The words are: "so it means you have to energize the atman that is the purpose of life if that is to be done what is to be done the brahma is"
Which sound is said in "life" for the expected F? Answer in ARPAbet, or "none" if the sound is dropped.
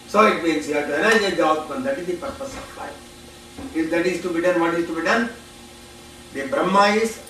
none